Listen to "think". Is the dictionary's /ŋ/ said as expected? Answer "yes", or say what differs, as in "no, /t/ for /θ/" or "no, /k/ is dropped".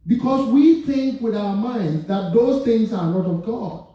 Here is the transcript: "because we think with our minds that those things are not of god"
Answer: yes